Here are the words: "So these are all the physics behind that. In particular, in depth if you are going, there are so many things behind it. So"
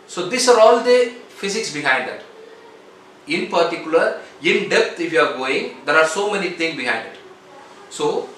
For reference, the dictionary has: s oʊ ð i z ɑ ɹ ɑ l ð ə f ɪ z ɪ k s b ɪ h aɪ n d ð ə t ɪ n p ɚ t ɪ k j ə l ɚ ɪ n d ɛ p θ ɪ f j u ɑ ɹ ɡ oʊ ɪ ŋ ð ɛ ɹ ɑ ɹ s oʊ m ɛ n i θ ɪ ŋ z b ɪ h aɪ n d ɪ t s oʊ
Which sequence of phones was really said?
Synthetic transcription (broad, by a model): s oʊ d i s ɑ ɹ ɑ l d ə f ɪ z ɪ k s b ɪ h aɪ n d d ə t ɪ n p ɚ t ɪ k j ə l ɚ ɪ n d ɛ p t ɪ f j u ɑ ɹ ɡ oʊ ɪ ŋ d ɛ ɹ ɑ ɹ s oʊ m ɛ n i t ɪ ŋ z b ɪ h aɪ n d ɪ t s oʊ